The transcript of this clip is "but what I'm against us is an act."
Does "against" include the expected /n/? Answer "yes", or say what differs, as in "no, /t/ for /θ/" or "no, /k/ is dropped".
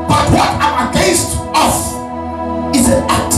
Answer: no, /n/ is dropped